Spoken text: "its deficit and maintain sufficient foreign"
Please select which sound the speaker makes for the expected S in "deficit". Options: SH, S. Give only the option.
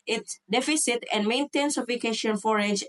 S